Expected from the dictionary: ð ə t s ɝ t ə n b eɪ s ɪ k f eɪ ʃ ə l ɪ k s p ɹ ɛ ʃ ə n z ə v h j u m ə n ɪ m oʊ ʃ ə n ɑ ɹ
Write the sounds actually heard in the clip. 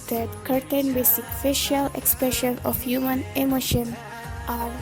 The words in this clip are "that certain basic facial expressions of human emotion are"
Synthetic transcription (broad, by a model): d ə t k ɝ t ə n b eɪ s ɪ k f eɪ ʃ ə l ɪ k s p ɹ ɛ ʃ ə n ə f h j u m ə n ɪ m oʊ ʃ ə n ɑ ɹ